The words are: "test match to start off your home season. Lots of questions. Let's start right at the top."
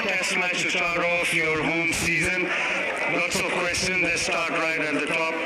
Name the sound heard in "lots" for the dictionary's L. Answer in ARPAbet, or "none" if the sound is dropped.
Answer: N